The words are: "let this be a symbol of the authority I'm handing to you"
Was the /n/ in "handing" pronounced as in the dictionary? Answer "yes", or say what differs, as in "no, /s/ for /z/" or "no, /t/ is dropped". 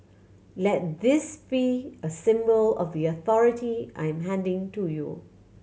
yes